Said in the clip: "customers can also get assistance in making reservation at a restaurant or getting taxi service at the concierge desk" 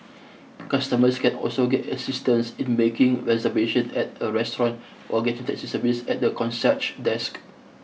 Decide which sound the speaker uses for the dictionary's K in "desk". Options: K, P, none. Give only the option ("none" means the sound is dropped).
K